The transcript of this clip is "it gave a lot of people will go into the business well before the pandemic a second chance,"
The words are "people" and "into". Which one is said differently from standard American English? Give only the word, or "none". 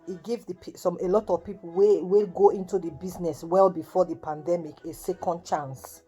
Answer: people